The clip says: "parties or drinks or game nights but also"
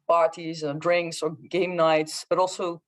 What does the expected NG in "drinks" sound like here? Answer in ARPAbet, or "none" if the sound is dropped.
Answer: NG